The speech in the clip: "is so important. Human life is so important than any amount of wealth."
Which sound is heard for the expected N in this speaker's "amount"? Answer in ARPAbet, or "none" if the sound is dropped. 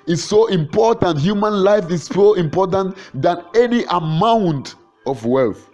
N